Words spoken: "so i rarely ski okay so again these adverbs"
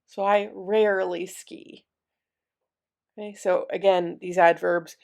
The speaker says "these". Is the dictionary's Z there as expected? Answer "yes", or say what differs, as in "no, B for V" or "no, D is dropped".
yes